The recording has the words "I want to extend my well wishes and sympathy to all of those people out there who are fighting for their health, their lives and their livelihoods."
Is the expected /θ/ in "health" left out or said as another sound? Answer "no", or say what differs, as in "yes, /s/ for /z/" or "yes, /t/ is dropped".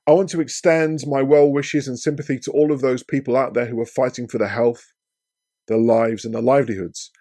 no